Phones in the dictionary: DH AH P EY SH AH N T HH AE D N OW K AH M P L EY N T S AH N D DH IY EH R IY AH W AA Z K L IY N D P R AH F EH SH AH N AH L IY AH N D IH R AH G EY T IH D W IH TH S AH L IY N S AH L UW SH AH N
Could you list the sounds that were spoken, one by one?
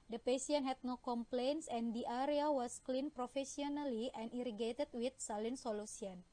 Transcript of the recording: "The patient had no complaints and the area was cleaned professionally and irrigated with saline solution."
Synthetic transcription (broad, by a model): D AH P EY S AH N HH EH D N OW K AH M P L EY N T S AH N D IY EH R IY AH W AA S K L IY N P R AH F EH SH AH N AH L IY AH N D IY R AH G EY T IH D W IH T S AH L IY N S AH L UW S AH N